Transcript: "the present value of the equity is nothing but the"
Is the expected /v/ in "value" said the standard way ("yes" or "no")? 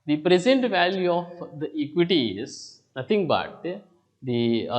yes